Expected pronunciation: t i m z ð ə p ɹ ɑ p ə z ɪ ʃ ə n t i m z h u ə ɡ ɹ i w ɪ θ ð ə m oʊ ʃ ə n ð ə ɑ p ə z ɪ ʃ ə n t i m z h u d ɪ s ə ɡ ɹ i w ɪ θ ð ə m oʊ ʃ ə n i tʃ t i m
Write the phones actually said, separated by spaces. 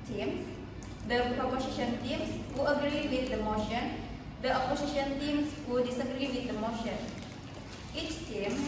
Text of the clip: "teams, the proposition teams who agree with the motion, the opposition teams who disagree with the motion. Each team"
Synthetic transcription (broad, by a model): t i m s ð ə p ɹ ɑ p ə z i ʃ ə n t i m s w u ə ɡ ɹ i w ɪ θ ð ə m oʊ ʃ ə n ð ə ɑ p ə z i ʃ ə n t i m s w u d ɪ s ə ɡ ɹ i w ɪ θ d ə m oʊ ʃ ə n i tʃ t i m